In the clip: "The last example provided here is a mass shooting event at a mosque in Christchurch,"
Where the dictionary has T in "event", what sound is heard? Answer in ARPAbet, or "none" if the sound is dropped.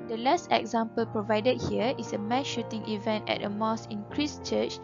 T